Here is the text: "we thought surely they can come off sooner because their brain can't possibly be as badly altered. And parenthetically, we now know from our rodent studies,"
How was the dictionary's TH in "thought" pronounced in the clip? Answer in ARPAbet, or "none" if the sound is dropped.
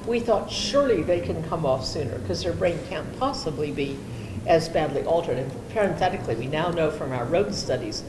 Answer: TH